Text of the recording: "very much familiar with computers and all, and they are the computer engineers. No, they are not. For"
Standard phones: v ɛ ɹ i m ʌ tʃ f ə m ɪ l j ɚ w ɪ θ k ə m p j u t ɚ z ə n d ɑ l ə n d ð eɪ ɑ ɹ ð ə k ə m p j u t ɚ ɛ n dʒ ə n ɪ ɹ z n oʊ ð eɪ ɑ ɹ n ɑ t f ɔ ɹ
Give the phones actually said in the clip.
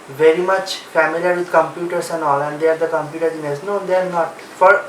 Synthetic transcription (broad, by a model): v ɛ ɹ i m ʌ tʃ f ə m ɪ l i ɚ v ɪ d k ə m p j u t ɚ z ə n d ɑ l ə n d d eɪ ɑ ɹ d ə k ə m p j u t ɚ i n ə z n oʊ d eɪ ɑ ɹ n ɑ t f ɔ ɹ